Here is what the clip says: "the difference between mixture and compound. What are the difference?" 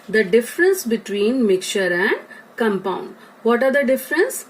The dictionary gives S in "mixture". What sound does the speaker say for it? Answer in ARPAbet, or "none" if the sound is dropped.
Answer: none